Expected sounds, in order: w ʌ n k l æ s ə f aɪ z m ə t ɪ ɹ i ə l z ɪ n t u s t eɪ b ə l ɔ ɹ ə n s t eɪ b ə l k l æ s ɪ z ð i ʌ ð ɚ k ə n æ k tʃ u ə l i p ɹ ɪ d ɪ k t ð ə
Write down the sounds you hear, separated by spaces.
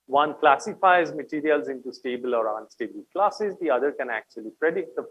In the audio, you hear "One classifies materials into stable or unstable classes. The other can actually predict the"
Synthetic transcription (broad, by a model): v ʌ n k l æ s ə f aɪ z m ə t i ɹ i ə l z ɪ n t u s t eɪ b ə l ɔ ɹ ə n s t eɪ b ə l k l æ s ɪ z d i ʌ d ɚ k ə n æ k tʃ u ə l i p ɹ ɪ d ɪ t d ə